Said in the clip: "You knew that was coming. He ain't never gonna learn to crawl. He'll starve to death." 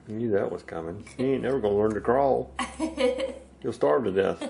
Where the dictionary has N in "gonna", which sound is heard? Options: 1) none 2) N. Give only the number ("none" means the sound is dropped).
1